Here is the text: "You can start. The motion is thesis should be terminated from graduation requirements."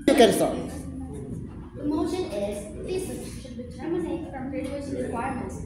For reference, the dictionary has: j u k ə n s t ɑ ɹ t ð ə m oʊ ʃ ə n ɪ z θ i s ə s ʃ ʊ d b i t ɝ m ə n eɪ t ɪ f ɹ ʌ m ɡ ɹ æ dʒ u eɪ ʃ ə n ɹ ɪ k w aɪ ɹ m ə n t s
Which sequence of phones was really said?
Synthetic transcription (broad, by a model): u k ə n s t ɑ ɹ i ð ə m oʊ ʃ ə n ɪ z f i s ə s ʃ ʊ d b i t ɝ m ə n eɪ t f ɹ ʌ m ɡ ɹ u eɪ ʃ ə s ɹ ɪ k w aɪ ɹ m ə n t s